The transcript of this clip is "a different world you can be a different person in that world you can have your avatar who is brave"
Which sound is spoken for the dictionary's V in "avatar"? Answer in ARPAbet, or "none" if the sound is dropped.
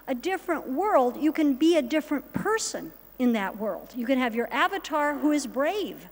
V